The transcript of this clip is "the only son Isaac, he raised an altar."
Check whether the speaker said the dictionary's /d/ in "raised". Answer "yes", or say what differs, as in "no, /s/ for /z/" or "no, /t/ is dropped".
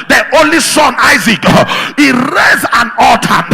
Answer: no, /d/ is dropped